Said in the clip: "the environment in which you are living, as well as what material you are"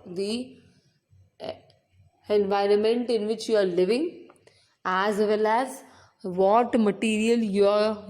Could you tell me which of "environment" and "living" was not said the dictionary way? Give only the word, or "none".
none